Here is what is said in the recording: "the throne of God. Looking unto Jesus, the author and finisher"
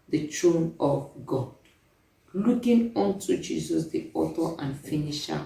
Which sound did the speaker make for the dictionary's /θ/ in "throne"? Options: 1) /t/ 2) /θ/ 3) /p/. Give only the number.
1